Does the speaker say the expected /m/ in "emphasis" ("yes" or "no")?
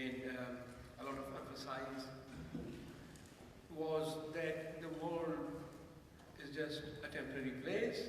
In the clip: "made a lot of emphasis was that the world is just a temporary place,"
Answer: no